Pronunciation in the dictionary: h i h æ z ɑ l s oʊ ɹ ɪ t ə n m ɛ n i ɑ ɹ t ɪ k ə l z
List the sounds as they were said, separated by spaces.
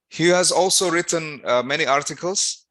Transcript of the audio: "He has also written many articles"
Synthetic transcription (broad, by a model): h i h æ z ɑ l s oʊ ɹ ɪ t ə n m ɛ n i ɑ ɹ t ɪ k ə l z